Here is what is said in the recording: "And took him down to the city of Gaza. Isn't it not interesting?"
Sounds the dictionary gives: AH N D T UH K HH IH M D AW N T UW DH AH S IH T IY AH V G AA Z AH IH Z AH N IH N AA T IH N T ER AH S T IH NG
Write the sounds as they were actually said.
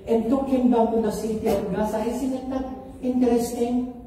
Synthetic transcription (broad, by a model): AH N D T UH K HH IH M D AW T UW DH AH S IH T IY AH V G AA S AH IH S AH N IH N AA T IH N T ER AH S T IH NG